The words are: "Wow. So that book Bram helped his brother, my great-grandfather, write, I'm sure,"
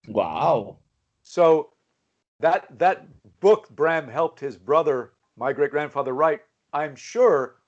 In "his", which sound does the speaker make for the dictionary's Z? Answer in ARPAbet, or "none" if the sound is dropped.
Z